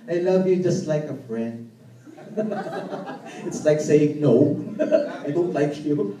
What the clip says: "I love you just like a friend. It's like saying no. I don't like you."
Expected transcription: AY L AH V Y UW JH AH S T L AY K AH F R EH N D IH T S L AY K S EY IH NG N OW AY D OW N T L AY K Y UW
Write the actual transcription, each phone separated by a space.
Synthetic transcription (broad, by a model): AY L AH V Y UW JH AH S T L AY K AH F R EH N D IH T S L AY K S EY IH NG N OW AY D OW N T L AY K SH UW